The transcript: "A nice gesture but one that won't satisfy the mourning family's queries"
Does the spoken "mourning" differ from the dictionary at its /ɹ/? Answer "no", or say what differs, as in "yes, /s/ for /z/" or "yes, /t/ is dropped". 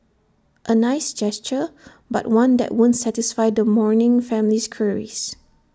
no